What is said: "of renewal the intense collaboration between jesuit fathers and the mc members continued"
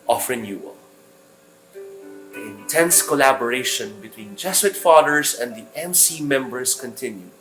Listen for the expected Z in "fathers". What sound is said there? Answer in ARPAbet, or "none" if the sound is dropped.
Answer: S